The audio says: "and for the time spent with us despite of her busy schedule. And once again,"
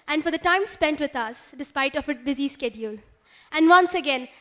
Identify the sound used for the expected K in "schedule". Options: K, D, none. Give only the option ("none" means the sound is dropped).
K